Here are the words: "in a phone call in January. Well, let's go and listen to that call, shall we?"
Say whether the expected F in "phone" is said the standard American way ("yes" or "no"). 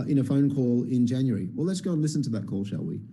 yes